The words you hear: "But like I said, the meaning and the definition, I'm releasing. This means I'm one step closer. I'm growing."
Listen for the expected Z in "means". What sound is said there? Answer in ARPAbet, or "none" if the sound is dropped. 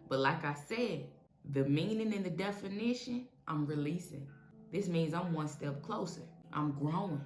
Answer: Z